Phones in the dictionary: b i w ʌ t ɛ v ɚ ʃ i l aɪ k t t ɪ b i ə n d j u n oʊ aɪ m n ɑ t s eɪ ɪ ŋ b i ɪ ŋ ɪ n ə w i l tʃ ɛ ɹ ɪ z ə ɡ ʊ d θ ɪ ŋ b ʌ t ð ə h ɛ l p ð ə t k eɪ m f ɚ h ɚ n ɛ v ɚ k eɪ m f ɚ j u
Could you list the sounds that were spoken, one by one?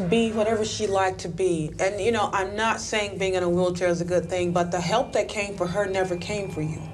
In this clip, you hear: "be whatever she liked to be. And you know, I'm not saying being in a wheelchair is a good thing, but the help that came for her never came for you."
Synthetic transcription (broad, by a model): b i w ʌ t ɛ v ɚ ʃ i l aɪ k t t ɪ b i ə n j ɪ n oʊ aɪ m n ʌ t s eɪ ɪ ŋ b i ɪ ŋ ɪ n ə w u l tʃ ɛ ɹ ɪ z ə ɡ ʊ d θ ɪ ŋ b ʌ t ð ə h ɛ l p ð ə t k eɪ m f ɚ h ɚ n ɛ v ɚ k eɪ m f ɚ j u